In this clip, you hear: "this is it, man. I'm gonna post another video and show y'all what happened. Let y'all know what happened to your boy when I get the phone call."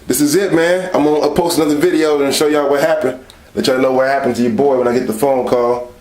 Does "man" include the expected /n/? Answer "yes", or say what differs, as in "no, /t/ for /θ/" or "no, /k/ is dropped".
yes